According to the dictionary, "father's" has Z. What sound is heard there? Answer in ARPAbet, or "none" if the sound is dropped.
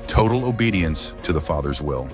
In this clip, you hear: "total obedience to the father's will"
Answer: Z